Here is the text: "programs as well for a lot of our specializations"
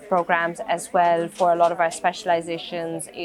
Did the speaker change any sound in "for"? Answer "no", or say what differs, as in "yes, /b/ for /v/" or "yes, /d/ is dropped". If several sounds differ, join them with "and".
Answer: no